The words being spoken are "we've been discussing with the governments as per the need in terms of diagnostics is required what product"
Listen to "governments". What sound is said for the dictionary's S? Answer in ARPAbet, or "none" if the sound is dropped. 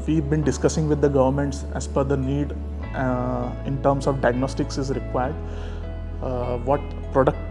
S